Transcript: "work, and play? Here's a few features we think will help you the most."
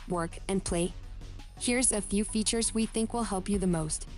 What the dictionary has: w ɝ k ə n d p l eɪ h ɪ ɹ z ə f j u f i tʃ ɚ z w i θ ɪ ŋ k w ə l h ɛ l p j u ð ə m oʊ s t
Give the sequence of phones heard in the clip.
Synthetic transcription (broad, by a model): w ɝ k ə n p l eɪ h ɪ ɹ z ə f j u f i tʃ ɚ z w i θ ɪ ŋ k w ə l h ɛ l p j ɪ ð ə m oʊ s t